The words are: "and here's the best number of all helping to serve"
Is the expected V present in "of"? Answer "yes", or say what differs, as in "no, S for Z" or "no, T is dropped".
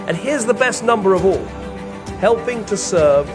yes